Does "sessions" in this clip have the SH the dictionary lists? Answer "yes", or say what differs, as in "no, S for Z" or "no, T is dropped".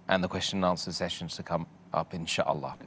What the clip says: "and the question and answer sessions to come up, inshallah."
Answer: yes